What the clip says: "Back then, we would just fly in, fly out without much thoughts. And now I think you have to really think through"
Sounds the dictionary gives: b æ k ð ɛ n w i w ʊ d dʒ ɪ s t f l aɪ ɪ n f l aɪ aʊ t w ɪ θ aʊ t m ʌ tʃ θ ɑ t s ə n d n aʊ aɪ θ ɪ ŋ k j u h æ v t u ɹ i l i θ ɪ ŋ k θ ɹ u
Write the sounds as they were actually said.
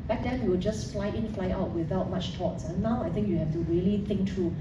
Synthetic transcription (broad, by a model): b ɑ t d ɛ n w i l dʒ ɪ s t f l aɪ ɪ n f l aɪ aʊ t w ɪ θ aʊ t m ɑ tʃ t ɑ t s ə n n aʊ aɪ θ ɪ ŋ k j u h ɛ f t u ɹ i l i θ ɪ ŋ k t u